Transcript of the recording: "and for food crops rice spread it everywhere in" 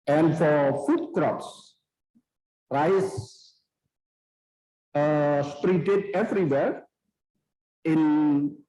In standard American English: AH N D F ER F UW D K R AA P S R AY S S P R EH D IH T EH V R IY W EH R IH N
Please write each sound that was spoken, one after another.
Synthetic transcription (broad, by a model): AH N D F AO F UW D K R AA P S R AY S S P R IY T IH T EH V R IY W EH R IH N